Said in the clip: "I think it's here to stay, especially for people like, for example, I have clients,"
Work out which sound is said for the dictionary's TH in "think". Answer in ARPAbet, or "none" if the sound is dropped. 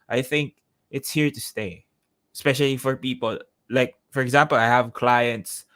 TH